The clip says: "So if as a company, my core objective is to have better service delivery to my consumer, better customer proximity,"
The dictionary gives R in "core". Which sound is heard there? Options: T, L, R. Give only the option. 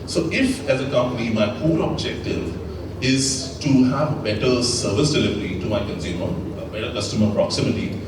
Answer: L